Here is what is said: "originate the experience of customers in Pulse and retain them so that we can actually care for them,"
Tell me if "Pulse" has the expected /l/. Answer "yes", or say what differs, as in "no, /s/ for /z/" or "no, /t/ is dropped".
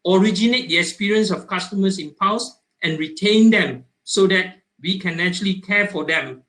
no, /w/ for /l/